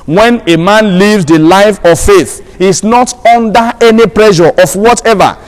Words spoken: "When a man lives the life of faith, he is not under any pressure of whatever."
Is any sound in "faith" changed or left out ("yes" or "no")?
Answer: no